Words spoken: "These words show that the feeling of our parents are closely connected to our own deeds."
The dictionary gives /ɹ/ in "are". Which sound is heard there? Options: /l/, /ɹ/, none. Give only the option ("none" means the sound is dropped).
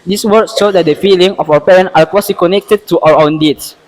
/l/